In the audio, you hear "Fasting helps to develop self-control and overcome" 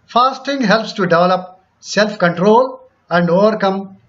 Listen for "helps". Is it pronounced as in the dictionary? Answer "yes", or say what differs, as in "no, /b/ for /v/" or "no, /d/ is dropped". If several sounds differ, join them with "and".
yes